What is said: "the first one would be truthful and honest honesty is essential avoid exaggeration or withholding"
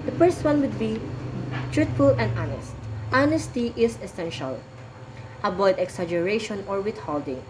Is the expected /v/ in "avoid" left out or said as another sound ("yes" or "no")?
yes